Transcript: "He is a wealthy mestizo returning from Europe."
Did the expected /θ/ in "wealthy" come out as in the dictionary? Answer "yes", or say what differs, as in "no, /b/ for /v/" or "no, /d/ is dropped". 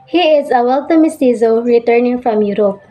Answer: no, /t/ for /θ/